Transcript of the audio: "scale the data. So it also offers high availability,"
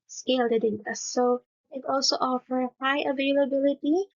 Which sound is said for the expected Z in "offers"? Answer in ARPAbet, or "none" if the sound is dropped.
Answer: none